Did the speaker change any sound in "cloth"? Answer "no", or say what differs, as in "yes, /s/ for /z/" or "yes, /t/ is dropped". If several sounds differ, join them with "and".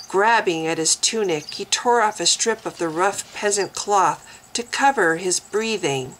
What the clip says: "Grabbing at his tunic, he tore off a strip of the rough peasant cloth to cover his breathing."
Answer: no